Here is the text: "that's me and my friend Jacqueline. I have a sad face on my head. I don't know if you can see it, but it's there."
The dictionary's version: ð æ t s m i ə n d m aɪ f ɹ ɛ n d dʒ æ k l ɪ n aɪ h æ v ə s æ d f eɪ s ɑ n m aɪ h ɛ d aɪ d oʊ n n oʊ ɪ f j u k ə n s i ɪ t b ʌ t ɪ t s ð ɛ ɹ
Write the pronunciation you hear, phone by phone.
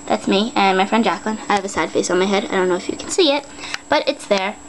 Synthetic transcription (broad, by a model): ð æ t s m i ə n m aɪ f ɹ ɛ n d dʒ æ k l ɪ n aɪ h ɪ v ə s æ d f eɪ s n m aɪ h ɛ d aɪ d oʊ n n oʊ ɪ f j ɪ k n s i ɪ t b ʌ t ɪ t s ð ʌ ɹ